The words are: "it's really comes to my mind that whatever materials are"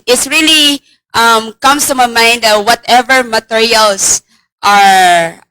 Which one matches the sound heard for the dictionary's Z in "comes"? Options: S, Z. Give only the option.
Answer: S